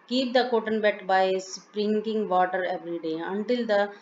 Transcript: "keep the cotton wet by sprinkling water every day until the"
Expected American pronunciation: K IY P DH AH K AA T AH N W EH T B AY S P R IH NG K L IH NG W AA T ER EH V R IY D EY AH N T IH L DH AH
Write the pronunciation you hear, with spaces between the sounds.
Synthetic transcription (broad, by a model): K IY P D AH K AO T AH N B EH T B AY S P R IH NG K IH NG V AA T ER EH V R IY D EY AH N T IH L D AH